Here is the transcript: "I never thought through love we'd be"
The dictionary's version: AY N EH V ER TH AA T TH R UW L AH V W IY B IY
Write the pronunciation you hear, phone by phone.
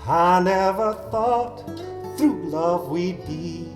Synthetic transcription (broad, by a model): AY N EH V ER TH AA T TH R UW L AH V W IY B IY